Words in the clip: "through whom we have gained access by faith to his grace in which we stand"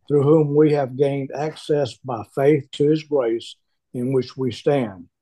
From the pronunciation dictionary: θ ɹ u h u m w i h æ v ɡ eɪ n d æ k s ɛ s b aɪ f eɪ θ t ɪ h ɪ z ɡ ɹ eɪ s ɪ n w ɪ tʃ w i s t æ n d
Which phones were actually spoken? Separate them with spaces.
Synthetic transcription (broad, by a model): θ ɹ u h u m w i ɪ v ɡ eɪ n d æ k s ɛ s b aɪ f eɪ θ t ɪ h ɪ z ɡ ɹ eɪ s ɪ n w ɪ tʃ w i s t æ n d